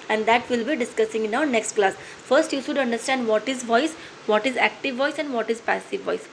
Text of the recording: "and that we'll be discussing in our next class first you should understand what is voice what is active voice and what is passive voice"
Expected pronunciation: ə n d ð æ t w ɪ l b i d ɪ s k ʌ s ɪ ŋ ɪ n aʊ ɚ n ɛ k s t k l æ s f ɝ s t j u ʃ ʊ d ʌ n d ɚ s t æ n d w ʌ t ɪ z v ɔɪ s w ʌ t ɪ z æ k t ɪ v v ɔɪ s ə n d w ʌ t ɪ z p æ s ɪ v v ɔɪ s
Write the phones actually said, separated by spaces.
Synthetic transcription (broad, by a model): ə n d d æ t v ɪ l b i d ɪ s k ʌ s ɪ ŋ ɪ n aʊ n ɛ k s t k l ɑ s f ɝ s t j u ʃ ʊ d ʌ n d ɚ s t æ n d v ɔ t ɪ z v ɔɪ s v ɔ t ɪ z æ k t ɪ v v ɔɪ s ə n d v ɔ t ɪ z p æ s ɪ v v ɔɪ s